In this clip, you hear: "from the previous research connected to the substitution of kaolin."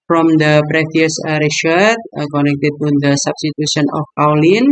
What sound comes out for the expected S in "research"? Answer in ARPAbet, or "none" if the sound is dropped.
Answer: SH